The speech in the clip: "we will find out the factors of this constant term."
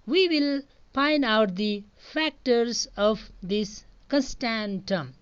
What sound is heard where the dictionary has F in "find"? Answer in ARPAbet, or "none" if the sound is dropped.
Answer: P